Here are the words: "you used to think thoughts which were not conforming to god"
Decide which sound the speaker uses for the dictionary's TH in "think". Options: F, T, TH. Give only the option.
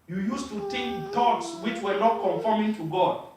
T